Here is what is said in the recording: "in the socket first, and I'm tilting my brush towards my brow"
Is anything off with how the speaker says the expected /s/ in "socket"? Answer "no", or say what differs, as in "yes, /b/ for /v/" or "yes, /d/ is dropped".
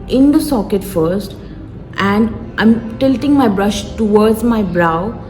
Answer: no